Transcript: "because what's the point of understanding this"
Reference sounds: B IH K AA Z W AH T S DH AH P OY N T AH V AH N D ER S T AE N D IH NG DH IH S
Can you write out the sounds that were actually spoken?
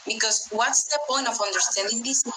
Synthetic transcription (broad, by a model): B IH K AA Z W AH T S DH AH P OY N AH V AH N D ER S T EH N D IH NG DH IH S